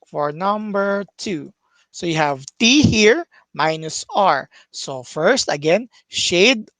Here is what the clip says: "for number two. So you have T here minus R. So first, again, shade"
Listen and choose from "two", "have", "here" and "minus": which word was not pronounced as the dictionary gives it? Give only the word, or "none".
none